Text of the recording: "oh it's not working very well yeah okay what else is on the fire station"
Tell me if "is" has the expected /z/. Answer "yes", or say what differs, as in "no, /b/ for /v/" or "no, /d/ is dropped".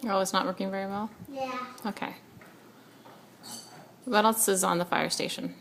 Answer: yes